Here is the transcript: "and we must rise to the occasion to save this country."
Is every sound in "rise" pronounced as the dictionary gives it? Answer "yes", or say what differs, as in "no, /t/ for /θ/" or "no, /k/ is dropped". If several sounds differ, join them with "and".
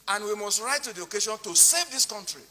no, /z/ is dropped